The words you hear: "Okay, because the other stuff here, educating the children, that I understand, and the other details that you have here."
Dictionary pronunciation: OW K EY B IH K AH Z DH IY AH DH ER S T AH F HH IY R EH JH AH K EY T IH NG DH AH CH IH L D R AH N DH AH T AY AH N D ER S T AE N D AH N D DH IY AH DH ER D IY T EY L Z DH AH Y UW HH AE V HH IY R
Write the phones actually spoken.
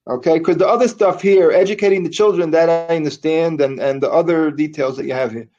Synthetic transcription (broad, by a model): OW K EY IH K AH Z DH IY AH DH ER S T AH F HH IY R EH JH AH K EY T IH NG DH AH CH IH L D R AH N DH AH T AY AH N D ER S T AE N D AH N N DH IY AH DH ER D IY T EY L Z DH AH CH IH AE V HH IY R